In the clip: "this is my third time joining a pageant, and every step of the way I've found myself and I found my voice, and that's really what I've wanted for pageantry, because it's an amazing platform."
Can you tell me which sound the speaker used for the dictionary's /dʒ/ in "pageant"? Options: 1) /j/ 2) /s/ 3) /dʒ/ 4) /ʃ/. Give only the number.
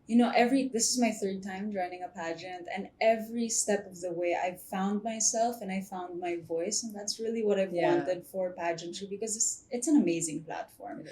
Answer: 3